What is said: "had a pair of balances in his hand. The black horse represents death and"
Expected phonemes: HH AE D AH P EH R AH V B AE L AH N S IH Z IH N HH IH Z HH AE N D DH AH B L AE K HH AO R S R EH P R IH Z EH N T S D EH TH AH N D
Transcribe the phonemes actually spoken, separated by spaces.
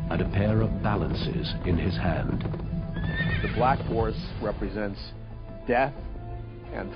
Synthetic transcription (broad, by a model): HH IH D AH P EH R AH V B AE L AH N S IH Z IH N IH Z HH AE N D DH AH B L AE K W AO R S R EH P R IH Z EH N T S D EH TH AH N